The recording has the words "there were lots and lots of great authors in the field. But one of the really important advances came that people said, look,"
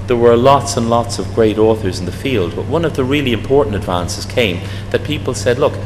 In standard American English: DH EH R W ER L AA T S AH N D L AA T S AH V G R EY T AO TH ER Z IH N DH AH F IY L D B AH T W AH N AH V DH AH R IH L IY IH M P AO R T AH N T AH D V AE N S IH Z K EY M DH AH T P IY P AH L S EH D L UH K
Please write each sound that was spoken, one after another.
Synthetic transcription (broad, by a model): DH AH R W ER L AA T S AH N L AA T S AH V G R EY T AO TH ER Z N DH AH F IY L D B AH T W AH N AH V DH AH R IH L IY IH M P AO R T N T AH D V AE N S IH Z K EY M DH AH T P IY P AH L S EH D L UH K